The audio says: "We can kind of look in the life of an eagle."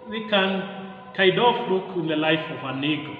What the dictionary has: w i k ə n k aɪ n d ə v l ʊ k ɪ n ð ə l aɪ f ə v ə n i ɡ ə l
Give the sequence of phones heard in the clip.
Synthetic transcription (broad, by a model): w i k ə n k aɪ d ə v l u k ɪ n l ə l aɪ f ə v ə n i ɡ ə